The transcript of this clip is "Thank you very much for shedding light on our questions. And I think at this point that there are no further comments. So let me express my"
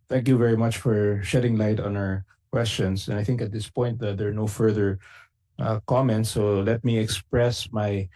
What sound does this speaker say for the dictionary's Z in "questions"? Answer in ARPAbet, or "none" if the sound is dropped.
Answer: S